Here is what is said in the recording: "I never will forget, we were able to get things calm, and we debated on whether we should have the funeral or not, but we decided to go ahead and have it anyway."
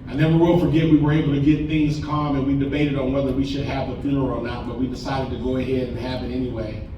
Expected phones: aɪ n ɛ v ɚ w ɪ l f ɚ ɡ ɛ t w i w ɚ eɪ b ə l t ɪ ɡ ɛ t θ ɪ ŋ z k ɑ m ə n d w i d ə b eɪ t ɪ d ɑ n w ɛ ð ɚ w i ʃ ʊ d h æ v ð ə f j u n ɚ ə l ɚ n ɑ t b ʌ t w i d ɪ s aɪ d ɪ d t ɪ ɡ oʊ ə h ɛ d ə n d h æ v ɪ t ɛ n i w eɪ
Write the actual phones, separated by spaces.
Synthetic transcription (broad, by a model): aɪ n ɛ w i w ɪ l f ɚ ɡ ɛ t w i w ɚ eɪ b l t ɪ ɡ ɛ t θ ɪ ŋ z k ɑ m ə n w i d ə b eɪ t ɪ d n w ɛ ð ɚ w i ʃ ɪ d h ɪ v ð ə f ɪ ɚ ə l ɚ n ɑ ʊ b ʌ t w i d ɪ s aɪ d ɪ d t ɪ ɡ oʊ ə h ɛ d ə n h æ v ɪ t ɛ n i w eɪ